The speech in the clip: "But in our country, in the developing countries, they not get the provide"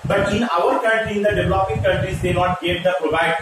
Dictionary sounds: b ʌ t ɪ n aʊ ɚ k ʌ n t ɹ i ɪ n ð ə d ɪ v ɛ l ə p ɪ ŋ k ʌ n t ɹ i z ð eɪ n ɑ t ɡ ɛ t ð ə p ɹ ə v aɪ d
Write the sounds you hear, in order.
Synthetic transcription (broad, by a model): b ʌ t ɪ n aʊ ɚ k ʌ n t l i ɪ n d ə d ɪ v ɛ l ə p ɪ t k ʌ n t ɹ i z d eɪ n ɑ t ɡ ɛ t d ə p ɹ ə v aɪ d